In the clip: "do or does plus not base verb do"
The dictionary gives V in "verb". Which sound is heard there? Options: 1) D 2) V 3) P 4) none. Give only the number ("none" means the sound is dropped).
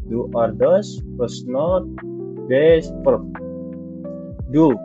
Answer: 3